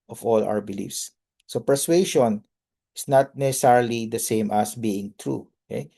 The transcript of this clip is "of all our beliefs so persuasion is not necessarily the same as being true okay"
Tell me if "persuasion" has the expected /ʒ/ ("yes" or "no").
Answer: no